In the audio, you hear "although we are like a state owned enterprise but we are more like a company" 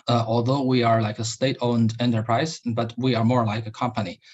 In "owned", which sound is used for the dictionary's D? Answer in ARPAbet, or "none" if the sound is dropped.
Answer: D